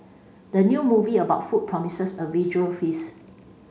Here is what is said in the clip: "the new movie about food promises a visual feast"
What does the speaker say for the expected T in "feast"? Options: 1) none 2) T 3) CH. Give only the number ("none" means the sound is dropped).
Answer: 1